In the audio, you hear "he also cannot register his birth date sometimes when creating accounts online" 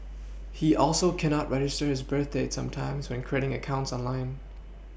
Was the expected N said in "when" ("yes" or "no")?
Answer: yes